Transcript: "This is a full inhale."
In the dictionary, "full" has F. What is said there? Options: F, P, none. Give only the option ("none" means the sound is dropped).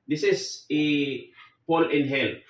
P